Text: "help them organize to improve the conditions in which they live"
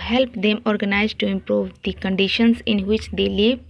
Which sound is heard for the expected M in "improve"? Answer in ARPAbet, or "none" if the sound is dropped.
M